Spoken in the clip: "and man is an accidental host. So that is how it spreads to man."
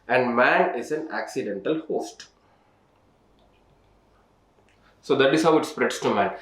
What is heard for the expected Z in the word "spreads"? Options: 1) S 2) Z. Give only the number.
1